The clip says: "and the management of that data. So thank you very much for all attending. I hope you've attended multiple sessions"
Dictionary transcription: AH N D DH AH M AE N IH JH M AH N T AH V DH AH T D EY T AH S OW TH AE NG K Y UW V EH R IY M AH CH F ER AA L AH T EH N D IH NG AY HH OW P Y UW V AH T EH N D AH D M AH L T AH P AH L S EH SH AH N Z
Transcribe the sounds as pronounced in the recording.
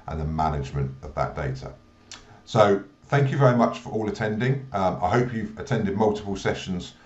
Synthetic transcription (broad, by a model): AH N DH AH M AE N IH JH M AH N T AH V DH AH T D EY T AH S OW TH AE NG K Y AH V EH R IY M AH CH F ER AA L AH T EH N D IH NG AY HH OW P Y UW V AH T EH N D AH D M AH L T AH P AH L S EH SH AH N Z